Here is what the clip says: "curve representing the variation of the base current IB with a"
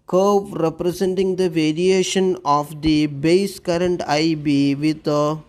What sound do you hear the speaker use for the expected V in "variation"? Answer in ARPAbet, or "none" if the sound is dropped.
V